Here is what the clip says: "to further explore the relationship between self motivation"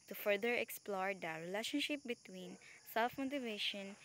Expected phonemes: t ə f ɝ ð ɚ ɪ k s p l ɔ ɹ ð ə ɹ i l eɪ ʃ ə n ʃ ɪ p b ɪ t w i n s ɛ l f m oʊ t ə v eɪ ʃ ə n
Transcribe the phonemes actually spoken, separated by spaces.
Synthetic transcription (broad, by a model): t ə f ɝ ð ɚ ɪ k s p l ɔ ɹ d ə ɹ i l eɪ ʃ ə n ʃ ɪ p b ɪ t w i n s ɛ l f m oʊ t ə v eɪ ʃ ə n